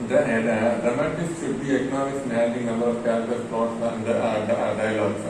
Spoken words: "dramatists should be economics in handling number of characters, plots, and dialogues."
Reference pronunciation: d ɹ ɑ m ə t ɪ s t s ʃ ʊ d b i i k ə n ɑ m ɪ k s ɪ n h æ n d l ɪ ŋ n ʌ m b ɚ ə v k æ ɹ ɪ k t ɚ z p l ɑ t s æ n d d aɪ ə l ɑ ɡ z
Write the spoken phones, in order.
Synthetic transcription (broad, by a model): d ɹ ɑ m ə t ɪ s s ʃ ʊ d b i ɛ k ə n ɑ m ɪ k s ɪ n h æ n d ɪ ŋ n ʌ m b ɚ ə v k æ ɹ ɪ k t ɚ s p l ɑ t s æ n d d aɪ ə l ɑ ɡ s